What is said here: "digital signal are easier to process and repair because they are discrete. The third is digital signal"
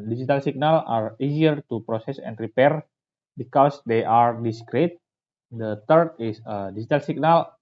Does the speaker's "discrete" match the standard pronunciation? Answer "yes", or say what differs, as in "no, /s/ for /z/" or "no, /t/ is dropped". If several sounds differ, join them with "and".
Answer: yes